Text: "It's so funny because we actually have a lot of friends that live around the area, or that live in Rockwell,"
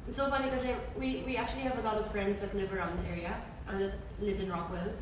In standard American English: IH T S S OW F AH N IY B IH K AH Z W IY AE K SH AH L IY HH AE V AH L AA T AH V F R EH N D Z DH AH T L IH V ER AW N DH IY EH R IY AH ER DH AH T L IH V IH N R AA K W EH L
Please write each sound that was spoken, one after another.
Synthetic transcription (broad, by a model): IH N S S OW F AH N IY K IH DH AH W W IY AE K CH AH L IY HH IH V AH L AA T AH V F R EH N D Z DH AH T L IH V ER AW N DH IY EH R IY AH ER DH AH T L IH V IH N R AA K W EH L